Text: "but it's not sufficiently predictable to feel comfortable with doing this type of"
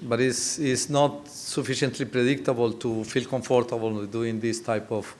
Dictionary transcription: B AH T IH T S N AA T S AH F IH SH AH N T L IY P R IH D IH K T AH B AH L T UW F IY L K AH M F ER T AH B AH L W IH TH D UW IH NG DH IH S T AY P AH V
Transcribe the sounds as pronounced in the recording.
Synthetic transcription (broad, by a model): B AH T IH S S N AA T S AH F IH SH AH N T L IY P R IH D IH K T AH B AH L T UW F IY L K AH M F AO T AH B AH L D UW IH NG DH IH S T AY P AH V